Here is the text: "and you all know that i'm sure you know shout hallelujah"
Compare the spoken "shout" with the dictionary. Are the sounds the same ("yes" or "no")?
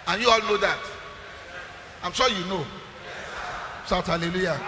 no